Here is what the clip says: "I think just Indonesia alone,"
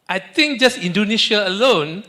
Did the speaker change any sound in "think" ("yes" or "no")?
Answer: yes